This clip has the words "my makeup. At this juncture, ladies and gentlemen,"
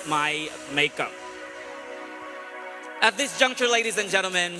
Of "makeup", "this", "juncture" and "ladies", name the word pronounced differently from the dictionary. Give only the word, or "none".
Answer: none